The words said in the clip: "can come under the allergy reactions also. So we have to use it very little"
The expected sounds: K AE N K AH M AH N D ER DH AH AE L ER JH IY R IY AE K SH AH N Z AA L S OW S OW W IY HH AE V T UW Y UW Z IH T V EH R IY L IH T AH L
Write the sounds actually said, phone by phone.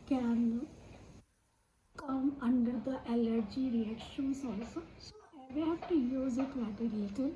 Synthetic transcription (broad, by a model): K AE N K AH M AH N D ER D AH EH L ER JH IY R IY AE K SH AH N S AA L S OW S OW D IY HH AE F T UW Y UW Z IH T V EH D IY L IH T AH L